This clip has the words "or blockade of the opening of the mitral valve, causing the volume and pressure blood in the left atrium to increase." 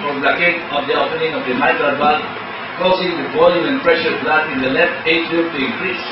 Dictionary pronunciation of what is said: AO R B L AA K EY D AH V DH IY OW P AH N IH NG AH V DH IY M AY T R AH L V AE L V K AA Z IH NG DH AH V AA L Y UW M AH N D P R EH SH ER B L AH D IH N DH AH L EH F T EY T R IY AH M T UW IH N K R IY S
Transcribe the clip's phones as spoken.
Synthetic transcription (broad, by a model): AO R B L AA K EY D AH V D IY OW P AH N IH NG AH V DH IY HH AY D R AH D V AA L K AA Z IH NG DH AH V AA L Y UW AH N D P R EH SH ER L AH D IH N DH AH L EH F T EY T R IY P T UW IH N K R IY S